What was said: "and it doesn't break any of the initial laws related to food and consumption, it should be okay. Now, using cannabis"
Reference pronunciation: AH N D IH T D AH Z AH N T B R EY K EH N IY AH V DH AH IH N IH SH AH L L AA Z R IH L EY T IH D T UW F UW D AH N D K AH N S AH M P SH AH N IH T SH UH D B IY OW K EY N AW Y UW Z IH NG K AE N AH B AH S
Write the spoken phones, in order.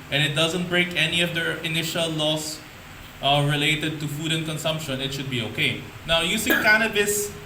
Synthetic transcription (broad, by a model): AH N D IH T D AH Z AH N T B R EY K EH N IY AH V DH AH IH N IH SH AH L L AA S R IH L EY T IH D T UW F UW D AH N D K AH N S AH M P SH AH N IH T SH UH D B IY OW K EY N AW Y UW S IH K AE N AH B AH S